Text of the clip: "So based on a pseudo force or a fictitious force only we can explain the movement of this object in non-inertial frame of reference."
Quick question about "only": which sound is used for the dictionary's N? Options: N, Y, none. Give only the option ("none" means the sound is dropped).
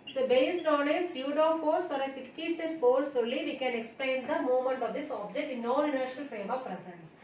none